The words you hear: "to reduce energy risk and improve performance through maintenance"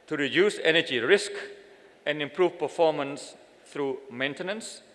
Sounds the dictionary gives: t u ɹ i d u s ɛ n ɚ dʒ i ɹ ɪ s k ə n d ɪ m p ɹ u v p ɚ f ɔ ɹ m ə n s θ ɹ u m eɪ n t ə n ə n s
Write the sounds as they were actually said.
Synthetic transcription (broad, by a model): t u ɹ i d u s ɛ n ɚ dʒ i ɹ ɪ s k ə n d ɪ m p ɹ u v p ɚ f ɔ m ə n s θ ɹ u m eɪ n t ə n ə n s